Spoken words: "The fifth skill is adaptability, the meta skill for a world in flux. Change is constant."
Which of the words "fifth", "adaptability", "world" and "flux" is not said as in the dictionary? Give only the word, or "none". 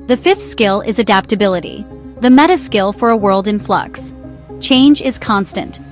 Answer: none